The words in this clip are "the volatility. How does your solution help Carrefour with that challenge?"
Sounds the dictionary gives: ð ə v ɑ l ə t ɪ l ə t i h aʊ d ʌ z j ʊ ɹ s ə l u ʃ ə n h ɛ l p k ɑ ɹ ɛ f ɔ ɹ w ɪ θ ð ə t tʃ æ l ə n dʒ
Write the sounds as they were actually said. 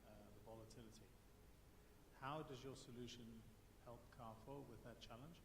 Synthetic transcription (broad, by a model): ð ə v ɑ l ə t ɪ l ə t i h aʊ d ʌ z j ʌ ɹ s ə l u ʃ ə n h ɛ l p k ɑ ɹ f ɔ w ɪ ð ə t tʃ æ l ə n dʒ